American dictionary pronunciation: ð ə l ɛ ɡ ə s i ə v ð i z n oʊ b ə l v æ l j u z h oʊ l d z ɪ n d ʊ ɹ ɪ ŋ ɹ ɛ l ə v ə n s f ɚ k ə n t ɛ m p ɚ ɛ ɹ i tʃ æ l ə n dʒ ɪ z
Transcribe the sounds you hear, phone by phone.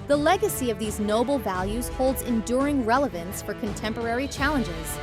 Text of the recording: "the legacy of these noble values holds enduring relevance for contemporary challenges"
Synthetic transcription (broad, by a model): ð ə l ɛ ɡ ə s i ə v ð i z n oʊ b l v æ l j u z h oʊ l d z ɪ n d ʊ ɹ ɪ ŋ ɹ ɛ l ə v ə n s f ɚ k ə n t ɛ m p ɚ ɛ ɹ i tʃ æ l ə n dʒ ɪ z